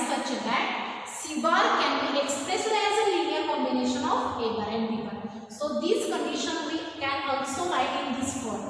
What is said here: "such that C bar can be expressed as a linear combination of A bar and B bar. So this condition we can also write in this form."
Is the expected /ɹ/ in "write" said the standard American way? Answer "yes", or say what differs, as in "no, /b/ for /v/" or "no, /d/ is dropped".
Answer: no, /l/ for /ɹ/